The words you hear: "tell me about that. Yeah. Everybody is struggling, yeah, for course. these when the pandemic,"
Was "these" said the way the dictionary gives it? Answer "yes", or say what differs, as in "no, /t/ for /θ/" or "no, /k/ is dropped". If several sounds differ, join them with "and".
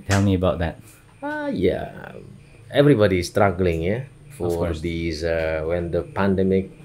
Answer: no, /z/ is dropped